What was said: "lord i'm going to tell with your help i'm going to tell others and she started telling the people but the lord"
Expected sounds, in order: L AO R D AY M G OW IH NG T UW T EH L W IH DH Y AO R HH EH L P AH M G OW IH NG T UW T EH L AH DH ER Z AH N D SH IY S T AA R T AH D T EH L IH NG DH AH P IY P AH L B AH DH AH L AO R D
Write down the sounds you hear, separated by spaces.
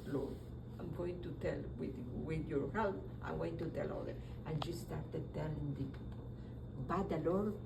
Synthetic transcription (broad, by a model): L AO AY M G OW IH NG T UW T EH L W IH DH Y AO R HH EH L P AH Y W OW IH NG T UW T EH L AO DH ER AH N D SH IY S T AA R T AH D T EH L IH NG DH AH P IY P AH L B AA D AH L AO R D